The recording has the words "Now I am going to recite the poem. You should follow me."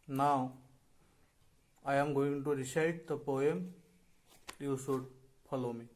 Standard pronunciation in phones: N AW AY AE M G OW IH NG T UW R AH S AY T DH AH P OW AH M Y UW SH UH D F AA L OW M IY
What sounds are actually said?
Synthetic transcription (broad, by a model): N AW AY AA M G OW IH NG T UW R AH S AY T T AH P OW AH M Y UW S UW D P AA L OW M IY